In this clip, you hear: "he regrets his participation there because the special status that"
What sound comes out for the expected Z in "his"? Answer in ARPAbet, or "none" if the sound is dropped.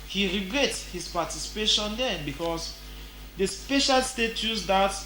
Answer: S